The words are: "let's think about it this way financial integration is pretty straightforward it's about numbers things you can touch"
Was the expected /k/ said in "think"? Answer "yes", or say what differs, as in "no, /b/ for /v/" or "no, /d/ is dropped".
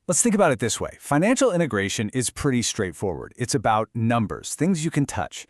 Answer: yes